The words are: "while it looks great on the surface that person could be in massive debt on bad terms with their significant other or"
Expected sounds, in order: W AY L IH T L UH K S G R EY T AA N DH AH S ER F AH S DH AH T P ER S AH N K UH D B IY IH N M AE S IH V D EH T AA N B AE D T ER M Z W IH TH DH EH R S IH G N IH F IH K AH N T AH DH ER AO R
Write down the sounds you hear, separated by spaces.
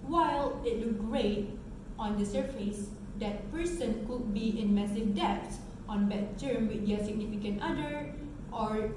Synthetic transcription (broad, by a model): W AY L IH T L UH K G R EY T AA N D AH S ER F AH S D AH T P ER S AH N K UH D B IY IH N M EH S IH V D EH T AA N B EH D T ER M W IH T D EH S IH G N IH F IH K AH N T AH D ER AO R